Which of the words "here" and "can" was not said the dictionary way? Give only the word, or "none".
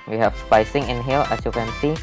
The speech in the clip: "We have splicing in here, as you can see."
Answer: here